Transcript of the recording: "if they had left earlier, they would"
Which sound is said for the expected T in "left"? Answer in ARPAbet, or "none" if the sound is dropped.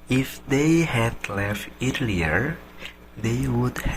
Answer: T